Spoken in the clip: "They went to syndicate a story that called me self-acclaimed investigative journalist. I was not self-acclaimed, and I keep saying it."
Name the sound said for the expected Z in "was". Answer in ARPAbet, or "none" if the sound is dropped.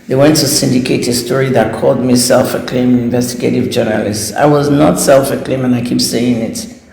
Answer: Z